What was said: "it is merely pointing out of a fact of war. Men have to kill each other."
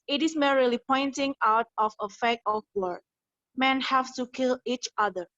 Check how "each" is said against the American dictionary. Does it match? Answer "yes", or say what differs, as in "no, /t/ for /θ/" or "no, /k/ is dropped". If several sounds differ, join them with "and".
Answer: yes